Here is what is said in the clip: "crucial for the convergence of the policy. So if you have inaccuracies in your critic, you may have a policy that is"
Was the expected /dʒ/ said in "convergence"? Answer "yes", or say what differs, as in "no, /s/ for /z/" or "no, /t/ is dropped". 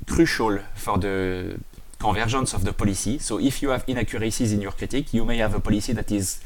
no, /ʒ/ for /dʒ/